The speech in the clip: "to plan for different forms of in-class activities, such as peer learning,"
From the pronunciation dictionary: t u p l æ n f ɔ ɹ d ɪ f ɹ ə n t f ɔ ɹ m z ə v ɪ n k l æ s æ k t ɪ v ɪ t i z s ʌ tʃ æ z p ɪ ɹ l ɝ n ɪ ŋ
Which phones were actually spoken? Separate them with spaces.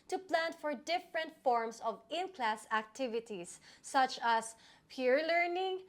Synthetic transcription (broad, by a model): t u p l æ n f ɔ ɹ d ɪ f ɹ ə n t f ɔ ɹ m s ə v ɪ n k l æ s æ k t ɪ v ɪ t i s ʌ tʃ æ s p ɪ ɹ l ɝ n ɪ ŋ